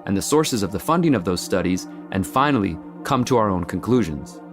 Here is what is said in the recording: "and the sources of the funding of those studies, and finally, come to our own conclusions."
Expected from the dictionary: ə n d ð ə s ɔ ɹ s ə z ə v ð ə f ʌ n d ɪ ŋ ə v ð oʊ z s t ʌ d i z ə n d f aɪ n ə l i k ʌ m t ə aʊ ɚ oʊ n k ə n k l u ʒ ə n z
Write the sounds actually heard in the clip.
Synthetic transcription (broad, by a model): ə n ð ə s ɔ ɹ s ə z ə v ð ə f ʌ n d ɪ ŋ ə v ð oʊ z s t ʌ d i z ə n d f aɪ n l i k ʌ m t ə aʊ ɚ oʊ n k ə n k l u ʒ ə n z